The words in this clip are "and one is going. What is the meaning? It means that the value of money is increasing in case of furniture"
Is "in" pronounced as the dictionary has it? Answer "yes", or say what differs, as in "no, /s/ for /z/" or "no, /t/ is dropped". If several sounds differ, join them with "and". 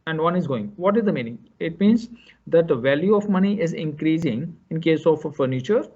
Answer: yes